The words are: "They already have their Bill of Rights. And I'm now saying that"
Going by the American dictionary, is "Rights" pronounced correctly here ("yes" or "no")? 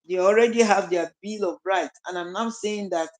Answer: no